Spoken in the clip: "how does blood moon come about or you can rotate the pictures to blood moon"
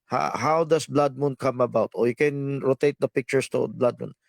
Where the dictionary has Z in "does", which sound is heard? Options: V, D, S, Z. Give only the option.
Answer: S